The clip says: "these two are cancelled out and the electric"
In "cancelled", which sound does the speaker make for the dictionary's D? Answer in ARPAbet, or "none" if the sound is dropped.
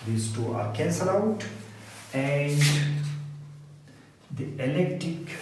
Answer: none